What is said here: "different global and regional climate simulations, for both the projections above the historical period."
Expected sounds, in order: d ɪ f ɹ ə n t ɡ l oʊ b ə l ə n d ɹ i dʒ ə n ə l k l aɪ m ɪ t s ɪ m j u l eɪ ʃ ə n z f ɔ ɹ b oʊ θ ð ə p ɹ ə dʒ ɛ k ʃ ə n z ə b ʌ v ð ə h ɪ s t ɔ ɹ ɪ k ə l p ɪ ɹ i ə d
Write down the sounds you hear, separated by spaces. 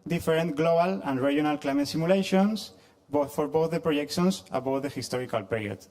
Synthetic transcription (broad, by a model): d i f ɹ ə n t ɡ l oʊ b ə l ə n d ɹ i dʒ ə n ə l k l aɪ m ɪ t s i m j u l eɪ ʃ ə n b f ɔ ɹ b oʊ θ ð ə p ɹ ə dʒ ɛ k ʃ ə n s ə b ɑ w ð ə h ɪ s t ɔ ɹ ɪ k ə l p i ɹ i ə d